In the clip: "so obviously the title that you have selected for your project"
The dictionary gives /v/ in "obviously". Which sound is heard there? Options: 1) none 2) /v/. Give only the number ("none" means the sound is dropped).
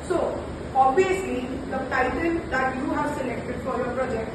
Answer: 1